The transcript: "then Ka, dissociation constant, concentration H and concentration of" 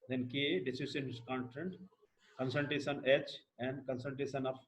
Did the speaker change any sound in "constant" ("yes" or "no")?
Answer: yes